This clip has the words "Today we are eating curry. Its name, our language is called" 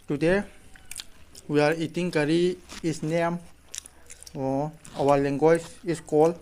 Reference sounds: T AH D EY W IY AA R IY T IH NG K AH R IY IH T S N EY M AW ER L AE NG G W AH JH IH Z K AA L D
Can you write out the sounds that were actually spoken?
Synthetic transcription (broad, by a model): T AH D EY W IY AA R IY T IH NG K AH R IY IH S N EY M AW ER L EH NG G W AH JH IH S K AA L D